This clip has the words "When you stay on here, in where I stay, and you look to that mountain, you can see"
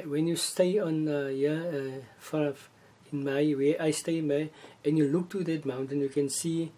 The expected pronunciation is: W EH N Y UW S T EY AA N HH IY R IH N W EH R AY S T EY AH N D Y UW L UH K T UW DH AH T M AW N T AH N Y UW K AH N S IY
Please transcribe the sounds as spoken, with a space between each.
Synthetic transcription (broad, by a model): W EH N Y UW S T EY AA N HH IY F IH N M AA W AY S T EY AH N Y UW L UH K T UW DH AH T M AW N T AH N Y UW K AH N S IY